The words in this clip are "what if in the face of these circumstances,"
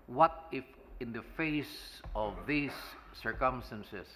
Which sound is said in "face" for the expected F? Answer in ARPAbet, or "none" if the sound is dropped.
F